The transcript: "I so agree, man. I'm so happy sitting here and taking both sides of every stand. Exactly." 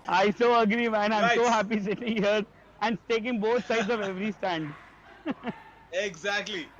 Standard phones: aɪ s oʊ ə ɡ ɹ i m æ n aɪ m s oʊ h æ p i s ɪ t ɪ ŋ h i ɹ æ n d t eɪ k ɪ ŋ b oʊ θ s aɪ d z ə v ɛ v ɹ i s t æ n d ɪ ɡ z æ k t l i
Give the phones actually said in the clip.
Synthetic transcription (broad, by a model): aɪ s oʊ ə ɡ ɹ i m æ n aɪ m s oʊ h æ p i s ɪ t ɪ ŋ h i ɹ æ n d t eɪ k ɪ ŋ b oʊ t s aɪ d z ə v ɛ v ɹ i s t æ n d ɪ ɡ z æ k t l i